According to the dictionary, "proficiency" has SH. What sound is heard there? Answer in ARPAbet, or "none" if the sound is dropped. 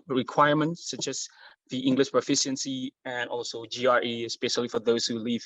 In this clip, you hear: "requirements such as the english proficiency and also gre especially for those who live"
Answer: SH